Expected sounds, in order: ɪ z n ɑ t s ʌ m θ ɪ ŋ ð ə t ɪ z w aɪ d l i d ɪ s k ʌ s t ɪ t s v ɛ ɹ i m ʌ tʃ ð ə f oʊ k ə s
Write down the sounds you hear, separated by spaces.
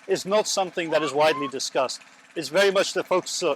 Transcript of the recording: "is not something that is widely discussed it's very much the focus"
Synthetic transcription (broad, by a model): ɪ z n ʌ t s ʌ m θ ɪ ŋ ð ə t ɪ z w aɪ d l i d ɪ s k ʌ s t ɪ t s v ɛ ɹ i m ʌ tʃ ð ə f oʊ k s